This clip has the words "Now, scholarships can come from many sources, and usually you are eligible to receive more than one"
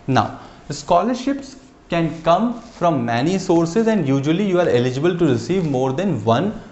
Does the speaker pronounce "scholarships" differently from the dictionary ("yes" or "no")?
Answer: no